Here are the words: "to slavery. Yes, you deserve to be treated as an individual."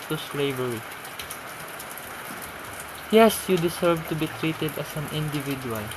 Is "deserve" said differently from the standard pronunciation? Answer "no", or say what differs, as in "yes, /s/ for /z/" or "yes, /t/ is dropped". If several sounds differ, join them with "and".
yes, /s/ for /z/